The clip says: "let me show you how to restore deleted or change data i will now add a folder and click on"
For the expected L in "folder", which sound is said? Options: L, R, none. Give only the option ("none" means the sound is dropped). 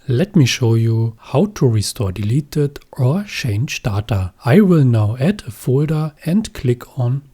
L